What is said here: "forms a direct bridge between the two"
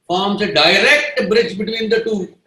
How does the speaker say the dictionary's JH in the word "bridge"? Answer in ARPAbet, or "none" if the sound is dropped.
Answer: JH